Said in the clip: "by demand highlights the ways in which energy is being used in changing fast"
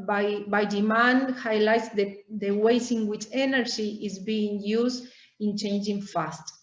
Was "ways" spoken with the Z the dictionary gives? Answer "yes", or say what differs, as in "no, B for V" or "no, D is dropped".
no, S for Z